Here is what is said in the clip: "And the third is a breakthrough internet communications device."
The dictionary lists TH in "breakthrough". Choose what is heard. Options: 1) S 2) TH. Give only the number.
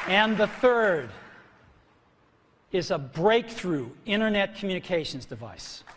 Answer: 2